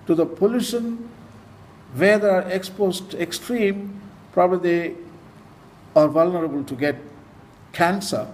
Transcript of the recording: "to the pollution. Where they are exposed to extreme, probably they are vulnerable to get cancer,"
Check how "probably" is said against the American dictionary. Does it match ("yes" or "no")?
no